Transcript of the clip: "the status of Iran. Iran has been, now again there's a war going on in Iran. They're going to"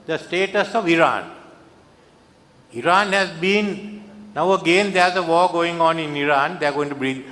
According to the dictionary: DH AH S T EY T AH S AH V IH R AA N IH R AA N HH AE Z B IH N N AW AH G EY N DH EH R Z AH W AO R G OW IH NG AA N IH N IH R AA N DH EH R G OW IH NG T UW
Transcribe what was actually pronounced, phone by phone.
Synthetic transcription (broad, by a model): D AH S T EY T AH S AH V IH R AA N IH R AA N HH AE Z B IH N N AW AH G EY N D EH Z AH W AO G OW IH NG AA N IH N IH R AA N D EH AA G OW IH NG T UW